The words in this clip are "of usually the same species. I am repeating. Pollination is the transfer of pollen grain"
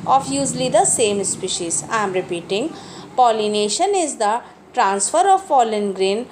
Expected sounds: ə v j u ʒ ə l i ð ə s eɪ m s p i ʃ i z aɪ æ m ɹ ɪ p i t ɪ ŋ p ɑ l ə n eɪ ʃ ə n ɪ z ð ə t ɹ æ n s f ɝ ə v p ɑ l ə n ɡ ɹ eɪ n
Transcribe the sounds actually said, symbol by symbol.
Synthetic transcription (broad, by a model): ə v j u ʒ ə l i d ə s eɪ m s p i ʃ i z aɪ m ɹ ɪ p i t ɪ ŋ p ɑ l ə n eɪ ʃ ə n ɪ z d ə t ɹ æ n s f ɝ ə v f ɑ l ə n ɡ ɹ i n